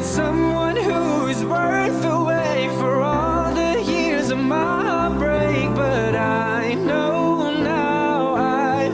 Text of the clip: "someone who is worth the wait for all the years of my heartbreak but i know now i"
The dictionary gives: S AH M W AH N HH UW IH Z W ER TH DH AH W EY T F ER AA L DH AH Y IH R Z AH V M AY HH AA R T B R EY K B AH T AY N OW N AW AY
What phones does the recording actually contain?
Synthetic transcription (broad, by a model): S AH M W AH N HH UW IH Z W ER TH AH W EY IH F ER AA L DH AH Y IH R Z AH V M AY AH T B R EY K B AH T AY N OW N AW AY